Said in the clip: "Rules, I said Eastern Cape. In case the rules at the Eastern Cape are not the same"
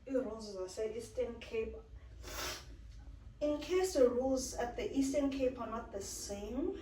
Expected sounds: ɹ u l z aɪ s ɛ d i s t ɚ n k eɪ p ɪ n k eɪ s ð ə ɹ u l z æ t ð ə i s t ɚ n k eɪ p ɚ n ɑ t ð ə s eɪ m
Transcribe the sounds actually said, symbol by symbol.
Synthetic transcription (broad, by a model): ɹ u l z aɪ s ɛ i s t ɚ n k eɪ p ɪ n k eɪ s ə ɹ u l z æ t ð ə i s t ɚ n k eɪ p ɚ n ɑ t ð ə s eɪ m